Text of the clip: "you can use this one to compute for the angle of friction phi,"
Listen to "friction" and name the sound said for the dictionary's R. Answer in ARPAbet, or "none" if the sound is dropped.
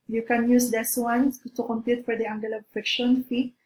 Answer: none